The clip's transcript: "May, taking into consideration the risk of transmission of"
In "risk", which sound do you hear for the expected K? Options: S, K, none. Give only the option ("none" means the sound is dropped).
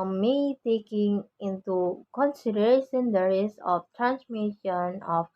none